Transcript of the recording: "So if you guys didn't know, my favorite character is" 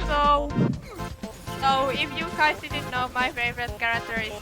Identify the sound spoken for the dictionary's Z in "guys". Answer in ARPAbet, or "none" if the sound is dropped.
S